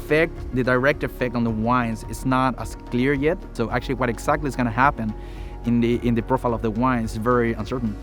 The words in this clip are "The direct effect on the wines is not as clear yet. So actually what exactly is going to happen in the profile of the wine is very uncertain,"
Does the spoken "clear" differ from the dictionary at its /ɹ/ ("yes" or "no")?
no